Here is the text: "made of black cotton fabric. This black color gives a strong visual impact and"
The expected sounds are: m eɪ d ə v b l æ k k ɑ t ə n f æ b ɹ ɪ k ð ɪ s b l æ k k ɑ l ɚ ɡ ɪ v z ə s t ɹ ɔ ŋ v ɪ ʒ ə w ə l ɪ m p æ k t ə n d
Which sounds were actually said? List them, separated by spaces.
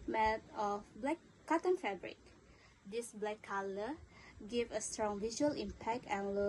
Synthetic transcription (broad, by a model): m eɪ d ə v b l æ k k ɑ t ə n f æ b ɹ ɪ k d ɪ s b l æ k k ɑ l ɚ ɡ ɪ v ə s t ɹ ɔ ŋ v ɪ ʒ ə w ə l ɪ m p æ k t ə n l